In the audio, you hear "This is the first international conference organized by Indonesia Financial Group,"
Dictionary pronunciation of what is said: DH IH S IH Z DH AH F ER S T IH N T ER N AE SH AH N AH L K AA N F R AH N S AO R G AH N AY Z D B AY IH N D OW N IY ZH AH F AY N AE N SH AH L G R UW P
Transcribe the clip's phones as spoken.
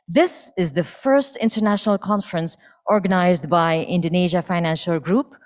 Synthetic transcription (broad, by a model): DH IH S IH Z DH AH F ER S T IH N T ER N AE SH AH N AH L K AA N F R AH N S AO R G AH N AY Z D B AY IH N D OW N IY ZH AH F AY N AE N SH AH L G R UW P